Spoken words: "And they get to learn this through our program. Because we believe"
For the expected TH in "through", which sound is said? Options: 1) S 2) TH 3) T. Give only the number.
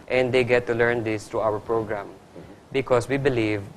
3